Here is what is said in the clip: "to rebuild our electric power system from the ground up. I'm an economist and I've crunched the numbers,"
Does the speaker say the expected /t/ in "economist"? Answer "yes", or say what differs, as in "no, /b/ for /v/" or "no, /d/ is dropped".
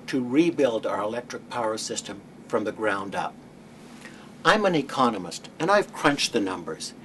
yes